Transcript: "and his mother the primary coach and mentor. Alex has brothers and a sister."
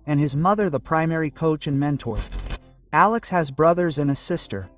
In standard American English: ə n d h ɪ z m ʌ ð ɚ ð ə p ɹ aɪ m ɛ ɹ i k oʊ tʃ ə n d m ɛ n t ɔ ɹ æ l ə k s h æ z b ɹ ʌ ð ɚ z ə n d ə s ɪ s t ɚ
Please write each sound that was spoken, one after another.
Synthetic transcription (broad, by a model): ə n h ɪ z m ʌ ð ɚ ð ə p ɹ aɪ m ɛ ɹ i k oʊ tʃ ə n m ɛ n t ɔ ɹ æ l ə k s h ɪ z b ɹ ʌ ð ɚ z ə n ə s ɪ s t ɚ